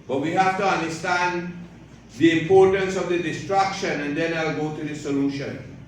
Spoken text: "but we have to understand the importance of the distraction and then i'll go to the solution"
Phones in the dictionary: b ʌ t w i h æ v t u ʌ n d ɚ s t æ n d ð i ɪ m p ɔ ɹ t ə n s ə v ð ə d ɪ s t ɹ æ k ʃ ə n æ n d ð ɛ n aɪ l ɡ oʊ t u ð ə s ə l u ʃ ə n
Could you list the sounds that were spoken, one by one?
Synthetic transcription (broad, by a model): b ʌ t w i h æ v t u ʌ n d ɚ s t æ n d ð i ɪ m p ɔ ɹ t ə n s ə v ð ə d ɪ s t ɹ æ k ʃ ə n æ n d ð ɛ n aɪ l ɡ oʊ t u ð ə s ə l u ʃ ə n